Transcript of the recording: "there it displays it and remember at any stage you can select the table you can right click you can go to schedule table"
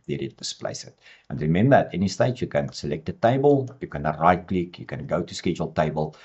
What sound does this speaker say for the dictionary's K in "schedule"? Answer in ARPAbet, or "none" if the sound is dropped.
K